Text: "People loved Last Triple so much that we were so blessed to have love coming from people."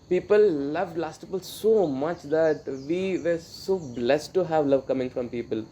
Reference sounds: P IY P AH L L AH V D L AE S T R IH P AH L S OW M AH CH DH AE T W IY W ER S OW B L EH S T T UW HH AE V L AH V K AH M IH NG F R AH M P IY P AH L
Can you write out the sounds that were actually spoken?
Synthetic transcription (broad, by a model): P IY P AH L L AH V D L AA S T IH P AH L S OW M AH CH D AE T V IY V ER S OW B L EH S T T UW HH AE V L AH V K AH M IH NG F R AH M P IY P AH L